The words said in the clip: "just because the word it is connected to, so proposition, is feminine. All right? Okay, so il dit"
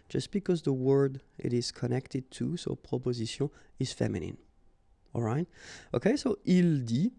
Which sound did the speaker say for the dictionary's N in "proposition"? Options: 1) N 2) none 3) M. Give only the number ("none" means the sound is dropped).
2